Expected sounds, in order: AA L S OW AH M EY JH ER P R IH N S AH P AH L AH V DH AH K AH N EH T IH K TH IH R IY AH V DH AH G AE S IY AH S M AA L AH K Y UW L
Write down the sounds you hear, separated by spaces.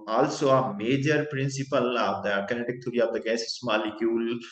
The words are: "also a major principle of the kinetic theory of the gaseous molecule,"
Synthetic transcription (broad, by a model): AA L S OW AH M EY JH ER P R IH N S AH P AH L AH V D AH K AH N EH T IH K T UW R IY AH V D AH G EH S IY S M AA L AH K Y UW L